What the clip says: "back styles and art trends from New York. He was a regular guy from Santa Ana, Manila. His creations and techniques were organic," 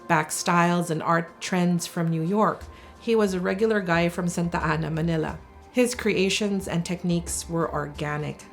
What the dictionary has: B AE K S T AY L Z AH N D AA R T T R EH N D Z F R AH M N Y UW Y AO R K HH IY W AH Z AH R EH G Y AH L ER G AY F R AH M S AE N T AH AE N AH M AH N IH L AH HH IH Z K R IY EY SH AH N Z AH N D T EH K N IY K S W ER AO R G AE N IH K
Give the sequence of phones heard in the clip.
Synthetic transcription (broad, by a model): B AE K S T AY L Z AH N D AA R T T R EH N D Z F R AH M N Y UW Y AO R K HH IY W AH Z AH R EH G Y L ER G AY F R AH M S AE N T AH AE N AH M AH N IH L AH HH IH Z K R IY EY SH AH N Z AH N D T EH K N IY K S W ER AO R G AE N IH K